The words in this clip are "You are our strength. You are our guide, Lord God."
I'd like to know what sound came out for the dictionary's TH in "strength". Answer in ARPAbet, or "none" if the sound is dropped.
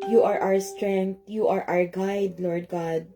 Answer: T